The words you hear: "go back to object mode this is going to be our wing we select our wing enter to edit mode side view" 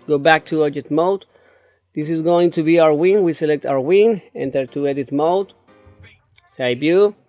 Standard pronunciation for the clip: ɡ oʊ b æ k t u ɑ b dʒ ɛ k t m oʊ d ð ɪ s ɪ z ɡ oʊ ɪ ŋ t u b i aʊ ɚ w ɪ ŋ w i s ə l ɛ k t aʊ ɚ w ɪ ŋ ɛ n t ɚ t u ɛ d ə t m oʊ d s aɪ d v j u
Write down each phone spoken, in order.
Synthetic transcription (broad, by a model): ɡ oʊ b æ k t u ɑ dʒ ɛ t m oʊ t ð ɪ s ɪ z ɡ oʊ ɪ ŋ t u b i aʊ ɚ w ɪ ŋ w i s ə l ɛ k t aʊ ɚ w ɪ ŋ ɛ n t ɚ t u ɛ d ə t m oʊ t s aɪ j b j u